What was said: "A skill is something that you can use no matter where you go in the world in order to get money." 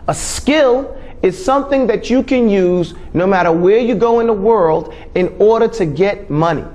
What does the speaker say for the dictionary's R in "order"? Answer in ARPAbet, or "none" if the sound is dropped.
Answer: R